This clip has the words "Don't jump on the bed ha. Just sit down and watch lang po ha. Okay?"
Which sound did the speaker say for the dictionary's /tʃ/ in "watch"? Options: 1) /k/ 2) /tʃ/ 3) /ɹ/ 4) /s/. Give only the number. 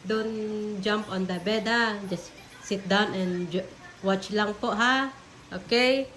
2